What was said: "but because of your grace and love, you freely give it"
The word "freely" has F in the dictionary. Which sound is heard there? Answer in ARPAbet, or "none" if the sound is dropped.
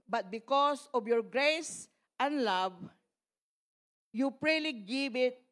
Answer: P